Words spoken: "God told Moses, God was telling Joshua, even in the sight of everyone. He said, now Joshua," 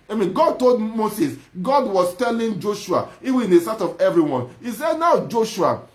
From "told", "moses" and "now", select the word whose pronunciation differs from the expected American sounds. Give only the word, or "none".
moses